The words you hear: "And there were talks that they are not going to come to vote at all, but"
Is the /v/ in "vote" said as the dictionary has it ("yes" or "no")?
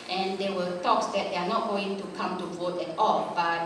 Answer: yes